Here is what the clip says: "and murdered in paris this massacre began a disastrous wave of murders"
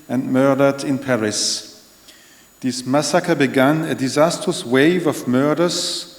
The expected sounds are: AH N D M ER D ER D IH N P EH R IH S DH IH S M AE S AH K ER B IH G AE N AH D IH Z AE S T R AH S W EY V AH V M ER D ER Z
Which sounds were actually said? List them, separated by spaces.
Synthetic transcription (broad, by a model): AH N M ER D ER D IH N P EH R IH S DH IH S M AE S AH K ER B IH G AE N AH D IH Z AE S T R AH S W EY V AH V M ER D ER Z